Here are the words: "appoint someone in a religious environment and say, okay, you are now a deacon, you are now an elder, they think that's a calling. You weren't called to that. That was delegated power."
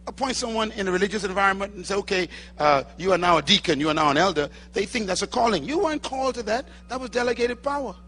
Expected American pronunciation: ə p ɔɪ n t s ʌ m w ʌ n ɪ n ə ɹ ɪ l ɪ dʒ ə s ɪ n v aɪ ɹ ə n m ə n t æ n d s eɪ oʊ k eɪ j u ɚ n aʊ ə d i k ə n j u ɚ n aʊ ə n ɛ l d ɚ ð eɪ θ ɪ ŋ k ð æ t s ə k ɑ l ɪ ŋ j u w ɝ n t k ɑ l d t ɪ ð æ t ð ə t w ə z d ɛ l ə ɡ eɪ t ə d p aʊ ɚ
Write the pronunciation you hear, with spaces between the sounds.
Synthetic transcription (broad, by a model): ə p ɔɪ n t s ʌ m w ʌ n ɪ n ə ɹ ɪ l ɪ dʒ ə s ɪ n v aɪ ɹ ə n m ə n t n s eɪ oʊ k eɪ j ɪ ɚ n aʊ ə d i k ə n j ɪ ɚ n aʊ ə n ɛ l d ɚ ð eɪ θ ɪ ŋ k ð æ t s ə k ɑ l ɪ ŋ j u w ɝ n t k ɑ l t ɪ ð æ t ð ə t w ə z d ɛ l ə ɡ eɪ t ə d p aʊ ɚ